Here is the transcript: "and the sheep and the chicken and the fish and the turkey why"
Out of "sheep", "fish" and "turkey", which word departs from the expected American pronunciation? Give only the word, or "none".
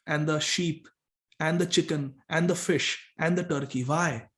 none